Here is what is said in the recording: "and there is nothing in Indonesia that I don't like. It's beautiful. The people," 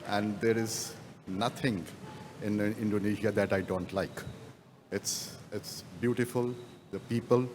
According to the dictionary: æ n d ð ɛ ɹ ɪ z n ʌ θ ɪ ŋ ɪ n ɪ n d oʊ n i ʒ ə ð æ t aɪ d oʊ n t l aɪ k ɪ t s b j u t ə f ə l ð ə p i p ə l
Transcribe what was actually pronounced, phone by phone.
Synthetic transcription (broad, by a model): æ n d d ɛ ɹ ɪ z n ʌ t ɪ ŋ ɪ n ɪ n d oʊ n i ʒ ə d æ t aɪ d oʊ n t l aɪ k ɪ t s b j u t ə f ə l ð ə p i p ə l